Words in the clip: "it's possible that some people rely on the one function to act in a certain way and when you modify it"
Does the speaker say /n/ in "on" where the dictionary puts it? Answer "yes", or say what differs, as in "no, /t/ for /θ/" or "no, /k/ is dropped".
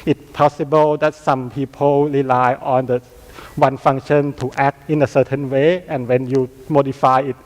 yes